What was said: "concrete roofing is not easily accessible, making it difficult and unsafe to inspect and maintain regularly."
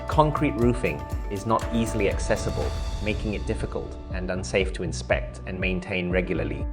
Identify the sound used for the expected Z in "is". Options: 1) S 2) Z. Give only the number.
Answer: 2